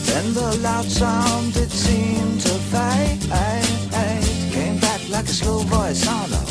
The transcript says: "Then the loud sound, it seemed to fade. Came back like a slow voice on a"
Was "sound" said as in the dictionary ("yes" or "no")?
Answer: yes